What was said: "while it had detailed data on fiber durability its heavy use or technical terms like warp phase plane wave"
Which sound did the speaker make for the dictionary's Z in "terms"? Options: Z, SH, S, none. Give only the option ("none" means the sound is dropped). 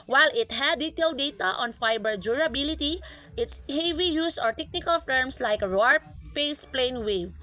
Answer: S